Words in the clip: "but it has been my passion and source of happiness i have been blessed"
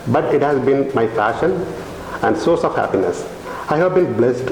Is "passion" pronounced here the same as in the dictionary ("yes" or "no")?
no